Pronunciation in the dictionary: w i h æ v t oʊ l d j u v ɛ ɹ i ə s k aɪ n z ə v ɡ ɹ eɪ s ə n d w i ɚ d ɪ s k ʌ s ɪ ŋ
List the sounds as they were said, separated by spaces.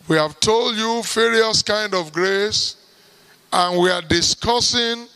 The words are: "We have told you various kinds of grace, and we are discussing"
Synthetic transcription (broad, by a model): w i h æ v t oʊ l d j u f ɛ ɹ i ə s k aɪ n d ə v ɡ ɹ eɪ s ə n w i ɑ d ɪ s k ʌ s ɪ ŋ